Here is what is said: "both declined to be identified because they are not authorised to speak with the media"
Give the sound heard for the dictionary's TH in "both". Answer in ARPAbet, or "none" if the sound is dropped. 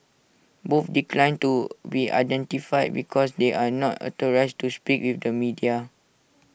F